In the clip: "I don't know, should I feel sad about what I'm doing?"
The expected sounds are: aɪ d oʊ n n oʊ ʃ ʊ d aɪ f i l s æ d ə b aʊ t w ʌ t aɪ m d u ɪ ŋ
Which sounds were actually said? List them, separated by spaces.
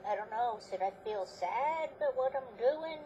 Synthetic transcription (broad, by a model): aɪ d oʊ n n oʊ s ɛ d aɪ f i l s æ d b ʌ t w ʌ t aɪ m d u ɪ ŋ